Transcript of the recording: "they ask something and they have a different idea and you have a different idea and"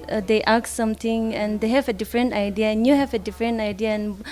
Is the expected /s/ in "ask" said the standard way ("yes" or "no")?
no